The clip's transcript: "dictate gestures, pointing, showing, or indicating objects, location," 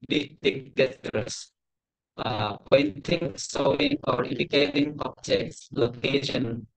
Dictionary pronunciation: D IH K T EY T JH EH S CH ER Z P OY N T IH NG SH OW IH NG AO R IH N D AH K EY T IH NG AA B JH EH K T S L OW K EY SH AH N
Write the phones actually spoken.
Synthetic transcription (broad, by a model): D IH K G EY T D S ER P OY N T IH NG S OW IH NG AO R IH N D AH K EY T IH NG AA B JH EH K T S L OW K EY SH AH N